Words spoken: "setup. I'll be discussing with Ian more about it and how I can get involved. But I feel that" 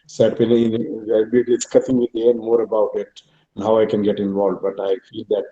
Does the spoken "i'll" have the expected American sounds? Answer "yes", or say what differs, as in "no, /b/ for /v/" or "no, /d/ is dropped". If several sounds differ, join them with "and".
no, /n/ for /l/